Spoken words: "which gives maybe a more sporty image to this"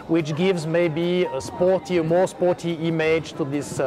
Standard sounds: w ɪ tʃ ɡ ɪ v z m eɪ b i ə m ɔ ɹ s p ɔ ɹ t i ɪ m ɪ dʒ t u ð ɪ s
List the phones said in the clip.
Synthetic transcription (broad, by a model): w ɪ tʃ ɡ ɪ v z m eɪ b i ə m ɔ ɹ s p ɔ ɹ t i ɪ m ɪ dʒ t u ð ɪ s